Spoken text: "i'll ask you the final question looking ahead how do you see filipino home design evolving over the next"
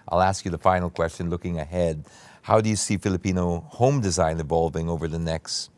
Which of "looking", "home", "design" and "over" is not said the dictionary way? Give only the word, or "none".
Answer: none